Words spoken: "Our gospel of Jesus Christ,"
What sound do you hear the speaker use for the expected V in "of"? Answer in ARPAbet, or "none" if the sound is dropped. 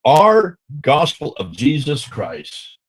V